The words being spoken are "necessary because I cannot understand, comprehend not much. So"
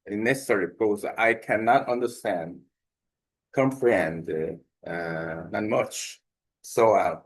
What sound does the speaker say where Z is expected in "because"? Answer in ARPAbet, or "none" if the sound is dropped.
none